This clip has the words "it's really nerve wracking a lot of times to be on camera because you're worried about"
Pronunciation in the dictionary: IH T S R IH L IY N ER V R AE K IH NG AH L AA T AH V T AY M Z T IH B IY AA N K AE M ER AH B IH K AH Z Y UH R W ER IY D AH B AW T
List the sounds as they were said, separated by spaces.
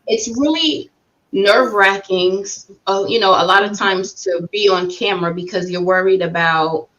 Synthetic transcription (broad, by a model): IH T S R IH L IY N ER V R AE K IH NG AH L AA T AH V T AY M Z T IH B IY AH N K AE M ER AH B IH K AH Z Y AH R W ER IY D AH B AW T